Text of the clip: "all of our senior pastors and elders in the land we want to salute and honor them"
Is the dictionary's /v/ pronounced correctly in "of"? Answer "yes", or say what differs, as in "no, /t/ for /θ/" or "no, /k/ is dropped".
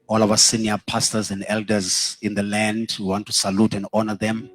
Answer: no, /w/ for /v/